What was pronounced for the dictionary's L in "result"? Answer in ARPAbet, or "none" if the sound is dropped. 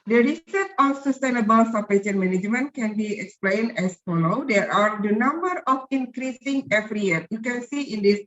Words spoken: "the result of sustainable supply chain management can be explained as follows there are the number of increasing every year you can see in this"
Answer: none